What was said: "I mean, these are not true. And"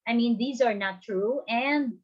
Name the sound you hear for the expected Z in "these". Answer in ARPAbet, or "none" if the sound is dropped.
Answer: Z